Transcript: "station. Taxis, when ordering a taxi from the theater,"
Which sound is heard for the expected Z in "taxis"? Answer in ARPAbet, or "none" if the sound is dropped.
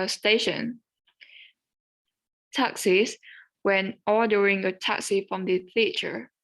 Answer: S